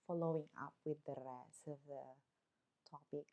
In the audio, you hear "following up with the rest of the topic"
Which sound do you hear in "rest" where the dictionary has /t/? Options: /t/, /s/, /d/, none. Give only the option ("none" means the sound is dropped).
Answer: none